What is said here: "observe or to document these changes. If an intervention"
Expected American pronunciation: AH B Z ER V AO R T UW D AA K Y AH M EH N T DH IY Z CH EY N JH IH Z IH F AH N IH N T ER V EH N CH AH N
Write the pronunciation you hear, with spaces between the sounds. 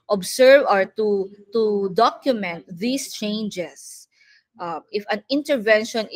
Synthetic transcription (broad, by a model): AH B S ER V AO R T UW D AA K Y AH M EH N T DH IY S CH EY N JH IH S IH F AH N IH N T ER V EH N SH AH N